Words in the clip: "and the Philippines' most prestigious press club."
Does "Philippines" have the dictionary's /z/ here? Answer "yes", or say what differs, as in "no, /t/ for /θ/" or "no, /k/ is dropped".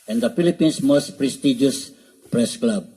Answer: no, /s/ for /z/